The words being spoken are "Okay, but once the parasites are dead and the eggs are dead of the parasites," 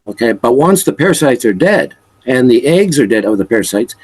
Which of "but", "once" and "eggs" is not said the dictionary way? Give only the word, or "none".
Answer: none